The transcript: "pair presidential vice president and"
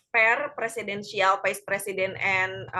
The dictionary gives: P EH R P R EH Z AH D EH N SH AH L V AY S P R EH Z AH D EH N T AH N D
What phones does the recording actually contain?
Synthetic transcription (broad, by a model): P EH R P R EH S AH D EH N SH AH L F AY S P R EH S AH D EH N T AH N